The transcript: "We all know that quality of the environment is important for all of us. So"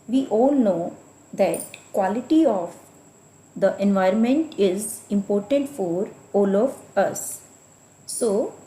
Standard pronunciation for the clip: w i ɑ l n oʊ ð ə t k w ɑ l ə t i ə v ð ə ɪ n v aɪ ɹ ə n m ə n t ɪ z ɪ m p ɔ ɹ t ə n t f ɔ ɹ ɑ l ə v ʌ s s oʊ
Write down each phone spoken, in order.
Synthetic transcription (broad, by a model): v i ɑ l n oʊ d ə t k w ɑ l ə t i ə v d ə ɪ n v aɪ ɹ ə n m ə n t ɪ z ɪ m p ɔ ɹ t ə n t f ɔ ɹ ɑ l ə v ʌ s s oʊ